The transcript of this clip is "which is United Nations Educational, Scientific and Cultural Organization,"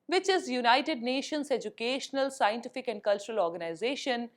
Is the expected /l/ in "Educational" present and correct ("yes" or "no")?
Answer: yes